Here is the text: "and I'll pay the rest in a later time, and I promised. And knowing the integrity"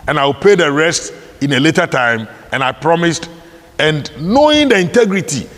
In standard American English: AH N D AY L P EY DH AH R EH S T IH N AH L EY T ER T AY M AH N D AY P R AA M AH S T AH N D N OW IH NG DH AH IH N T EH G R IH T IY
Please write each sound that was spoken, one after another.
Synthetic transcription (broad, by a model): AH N AY W P EY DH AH R EH S T IH N AH L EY T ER T AY M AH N AY P R AA M AH S T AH N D N OW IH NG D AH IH N T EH G R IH T IY